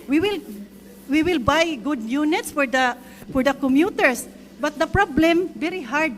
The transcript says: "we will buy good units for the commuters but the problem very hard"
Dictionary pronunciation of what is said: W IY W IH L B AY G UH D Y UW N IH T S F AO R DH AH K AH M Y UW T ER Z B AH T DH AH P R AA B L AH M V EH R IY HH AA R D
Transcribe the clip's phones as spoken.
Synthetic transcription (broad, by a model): W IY W IH L B AY G UH D Y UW N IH T S F AO R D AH K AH M Y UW T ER S B AH T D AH P R AA B L AH M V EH R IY HH AA R D